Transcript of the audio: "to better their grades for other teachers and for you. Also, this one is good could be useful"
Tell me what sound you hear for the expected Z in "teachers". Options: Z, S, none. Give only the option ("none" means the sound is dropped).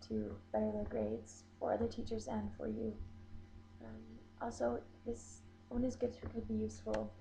Z